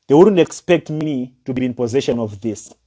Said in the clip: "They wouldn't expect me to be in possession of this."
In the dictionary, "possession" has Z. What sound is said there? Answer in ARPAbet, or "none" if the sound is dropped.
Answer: Z